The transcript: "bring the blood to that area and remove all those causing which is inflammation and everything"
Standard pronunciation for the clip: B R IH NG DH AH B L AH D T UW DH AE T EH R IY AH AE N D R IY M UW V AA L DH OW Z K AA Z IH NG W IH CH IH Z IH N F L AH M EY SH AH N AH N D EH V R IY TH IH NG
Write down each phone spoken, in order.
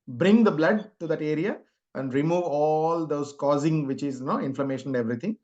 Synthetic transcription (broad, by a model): B R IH NG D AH B L AH D T UW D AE T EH R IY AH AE N D R IY M UW V AA L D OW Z K AA Z IH NG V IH CH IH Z IH N F L AH M EY SH AH N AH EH V R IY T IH NG